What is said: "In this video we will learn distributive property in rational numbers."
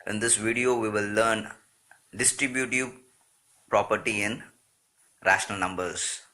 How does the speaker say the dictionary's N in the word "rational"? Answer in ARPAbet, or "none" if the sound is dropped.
N